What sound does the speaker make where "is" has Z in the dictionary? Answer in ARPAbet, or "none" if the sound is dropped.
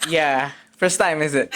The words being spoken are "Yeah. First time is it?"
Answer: Z